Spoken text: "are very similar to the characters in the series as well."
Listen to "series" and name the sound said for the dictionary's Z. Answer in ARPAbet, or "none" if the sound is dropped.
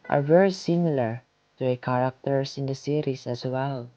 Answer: S